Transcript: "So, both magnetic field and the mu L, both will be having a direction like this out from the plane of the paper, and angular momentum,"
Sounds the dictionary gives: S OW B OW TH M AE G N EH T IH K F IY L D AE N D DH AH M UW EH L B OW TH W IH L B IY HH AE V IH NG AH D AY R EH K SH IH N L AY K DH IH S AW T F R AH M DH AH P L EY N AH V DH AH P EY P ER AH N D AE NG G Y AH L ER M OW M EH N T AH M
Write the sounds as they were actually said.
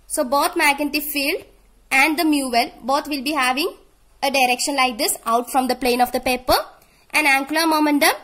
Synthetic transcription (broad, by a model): S OW B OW T M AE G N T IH F IY L D AE N D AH M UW EH L B OW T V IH L B IY HH AE V IH NG AH D AY R EH K SH IH N L AY K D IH S AW T F R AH M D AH P L EY N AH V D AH P EY P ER AH N D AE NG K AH L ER M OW M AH N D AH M